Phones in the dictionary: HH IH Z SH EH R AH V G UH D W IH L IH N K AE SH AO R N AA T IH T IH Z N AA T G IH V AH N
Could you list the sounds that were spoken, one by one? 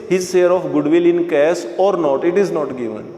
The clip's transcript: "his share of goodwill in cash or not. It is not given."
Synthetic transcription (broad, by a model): HH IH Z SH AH R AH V G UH D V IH L IH N K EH S AO R N AA T IH T IH Z N AA T G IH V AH N